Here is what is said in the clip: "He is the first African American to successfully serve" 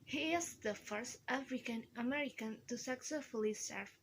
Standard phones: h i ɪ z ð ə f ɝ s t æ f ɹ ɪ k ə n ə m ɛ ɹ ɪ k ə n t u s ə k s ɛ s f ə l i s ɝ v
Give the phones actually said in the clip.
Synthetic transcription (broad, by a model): h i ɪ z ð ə f ɝ s t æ f ɹ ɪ k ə n ə m ɛ ɹ ɪ k ə n t u s ə k s ɛ s f ə l i s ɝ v